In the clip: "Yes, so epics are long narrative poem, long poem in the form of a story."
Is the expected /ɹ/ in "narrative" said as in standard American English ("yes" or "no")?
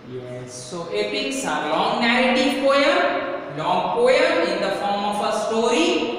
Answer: no